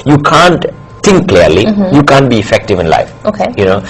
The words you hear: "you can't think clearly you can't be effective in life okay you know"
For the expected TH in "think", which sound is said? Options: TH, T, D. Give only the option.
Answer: T